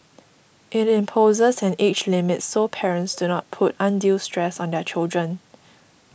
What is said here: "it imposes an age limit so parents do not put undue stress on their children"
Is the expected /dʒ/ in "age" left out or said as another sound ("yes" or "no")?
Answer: yes